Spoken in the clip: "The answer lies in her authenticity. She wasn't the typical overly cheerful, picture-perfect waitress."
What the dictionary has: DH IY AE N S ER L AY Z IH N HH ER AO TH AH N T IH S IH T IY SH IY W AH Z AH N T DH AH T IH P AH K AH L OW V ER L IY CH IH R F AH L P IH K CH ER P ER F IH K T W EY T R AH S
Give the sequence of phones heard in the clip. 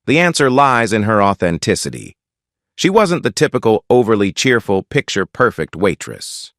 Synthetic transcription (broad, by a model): DH IY AE N S ER L AY Z IH N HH ER AO TH AH N T IH S IH T IY SH IY W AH Z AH N DH AH T IH P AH K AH L OW V ER L IY CH IH R F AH L P IH K CH ER P ER F IH K T W EY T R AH S